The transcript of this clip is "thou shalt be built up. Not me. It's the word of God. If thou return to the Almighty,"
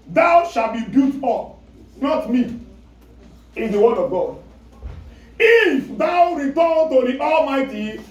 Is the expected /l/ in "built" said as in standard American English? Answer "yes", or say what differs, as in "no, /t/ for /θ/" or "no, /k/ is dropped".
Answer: no, /l/ is dropped